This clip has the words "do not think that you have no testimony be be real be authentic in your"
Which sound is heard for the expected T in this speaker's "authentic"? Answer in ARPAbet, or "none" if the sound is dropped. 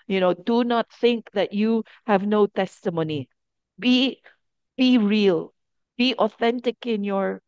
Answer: T